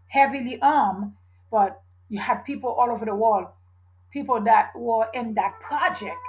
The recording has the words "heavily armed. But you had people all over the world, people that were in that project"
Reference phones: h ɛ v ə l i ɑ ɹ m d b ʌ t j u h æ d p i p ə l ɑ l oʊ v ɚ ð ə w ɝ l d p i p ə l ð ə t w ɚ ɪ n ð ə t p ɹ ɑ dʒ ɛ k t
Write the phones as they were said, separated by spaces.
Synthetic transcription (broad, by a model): h ɛ v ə l i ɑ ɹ m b ʌ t j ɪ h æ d p i p l ɑ l oʊ v ɚ ð ə w ɝ l d p i p l ð ə t w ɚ ɪ n ð ə t p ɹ ɑ dʒ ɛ k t